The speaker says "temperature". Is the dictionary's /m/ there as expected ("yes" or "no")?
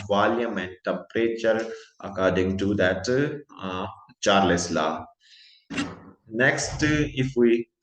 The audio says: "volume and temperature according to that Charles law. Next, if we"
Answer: no